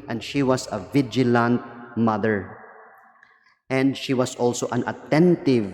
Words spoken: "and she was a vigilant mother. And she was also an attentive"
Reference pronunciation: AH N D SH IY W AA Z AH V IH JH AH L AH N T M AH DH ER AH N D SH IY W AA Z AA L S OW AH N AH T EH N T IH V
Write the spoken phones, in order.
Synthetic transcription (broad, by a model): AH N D SH IY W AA S AH V IH JH AH L AH N T M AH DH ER AH N D SH IY W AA S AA L S OW AH N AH T EH N T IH V